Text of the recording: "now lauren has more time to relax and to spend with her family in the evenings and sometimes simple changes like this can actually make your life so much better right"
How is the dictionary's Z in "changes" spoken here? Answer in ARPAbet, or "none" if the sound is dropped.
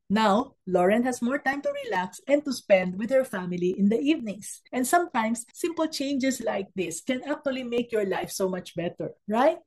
S